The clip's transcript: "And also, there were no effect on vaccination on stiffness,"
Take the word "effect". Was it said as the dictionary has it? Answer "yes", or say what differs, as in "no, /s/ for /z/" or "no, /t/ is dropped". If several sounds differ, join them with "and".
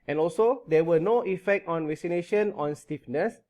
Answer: yes